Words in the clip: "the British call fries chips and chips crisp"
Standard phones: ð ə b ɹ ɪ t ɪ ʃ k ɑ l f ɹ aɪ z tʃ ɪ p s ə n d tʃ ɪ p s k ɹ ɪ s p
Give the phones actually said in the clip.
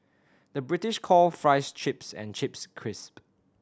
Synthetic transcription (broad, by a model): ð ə b ɹ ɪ t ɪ ʃ k ɑ l f ɹ aɪ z tʃ ɪ p s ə n tʃ ɪ p s k ɹ ɪ s p